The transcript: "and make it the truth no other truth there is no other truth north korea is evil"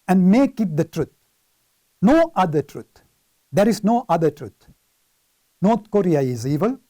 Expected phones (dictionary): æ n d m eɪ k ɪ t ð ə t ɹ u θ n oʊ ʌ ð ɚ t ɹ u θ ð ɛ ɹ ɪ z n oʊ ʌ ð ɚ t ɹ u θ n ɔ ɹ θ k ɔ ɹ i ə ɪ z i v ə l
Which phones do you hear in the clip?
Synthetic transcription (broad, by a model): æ n d m eɪ k ɪ t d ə t ɹ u t n oʊ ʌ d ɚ t ɹ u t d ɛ ɹ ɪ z n oʊ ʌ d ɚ t ɹ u t n ɔ ɹ t k ɔ ɹ i ə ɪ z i v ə l